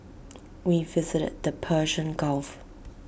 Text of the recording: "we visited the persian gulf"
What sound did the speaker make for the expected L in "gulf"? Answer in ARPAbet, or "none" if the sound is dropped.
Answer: L